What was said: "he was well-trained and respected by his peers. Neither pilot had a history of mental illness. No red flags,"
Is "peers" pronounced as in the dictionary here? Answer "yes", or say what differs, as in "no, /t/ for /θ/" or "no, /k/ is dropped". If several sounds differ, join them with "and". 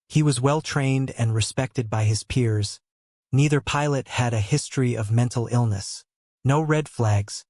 yes